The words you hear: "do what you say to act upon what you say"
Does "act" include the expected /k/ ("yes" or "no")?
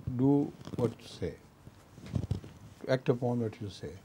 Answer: yes